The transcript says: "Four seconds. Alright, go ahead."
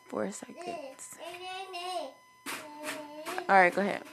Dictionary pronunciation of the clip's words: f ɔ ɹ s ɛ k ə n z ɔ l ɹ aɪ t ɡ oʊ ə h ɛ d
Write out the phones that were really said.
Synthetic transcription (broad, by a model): f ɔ ɹ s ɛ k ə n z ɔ ɹ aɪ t ɡ oʊ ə h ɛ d